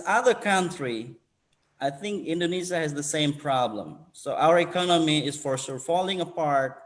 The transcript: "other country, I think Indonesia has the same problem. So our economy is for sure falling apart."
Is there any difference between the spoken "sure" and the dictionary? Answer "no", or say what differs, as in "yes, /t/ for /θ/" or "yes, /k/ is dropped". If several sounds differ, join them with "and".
yes, /s/ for /ʃ/